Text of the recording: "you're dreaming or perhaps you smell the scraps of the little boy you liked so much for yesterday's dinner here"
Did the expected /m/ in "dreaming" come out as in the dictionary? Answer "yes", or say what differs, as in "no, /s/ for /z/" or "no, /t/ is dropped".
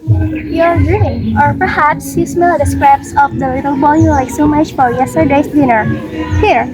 no, /m/ is dropped